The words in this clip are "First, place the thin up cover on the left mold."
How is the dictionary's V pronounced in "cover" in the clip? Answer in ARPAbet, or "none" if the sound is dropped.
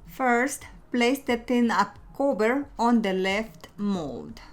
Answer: B